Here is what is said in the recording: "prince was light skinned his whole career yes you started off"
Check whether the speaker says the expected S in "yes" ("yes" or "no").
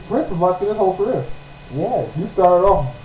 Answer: no